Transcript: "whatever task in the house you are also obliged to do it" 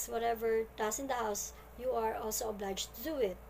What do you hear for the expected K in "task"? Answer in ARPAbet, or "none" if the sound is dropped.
none